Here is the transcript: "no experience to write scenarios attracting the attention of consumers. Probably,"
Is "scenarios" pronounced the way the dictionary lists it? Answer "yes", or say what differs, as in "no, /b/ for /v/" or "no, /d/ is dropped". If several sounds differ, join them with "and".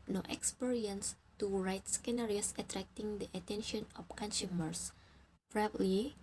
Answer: no, /s/ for /z/